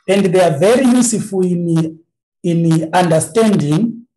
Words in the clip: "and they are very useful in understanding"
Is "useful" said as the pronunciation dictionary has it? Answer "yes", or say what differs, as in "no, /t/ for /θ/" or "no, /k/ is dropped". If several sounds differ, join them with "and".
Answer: no, /n/ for /l/